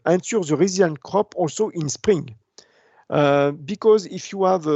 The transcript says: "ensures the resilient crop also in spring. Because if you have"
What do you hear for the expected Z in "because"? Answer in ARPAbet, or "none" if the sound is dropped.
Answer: Z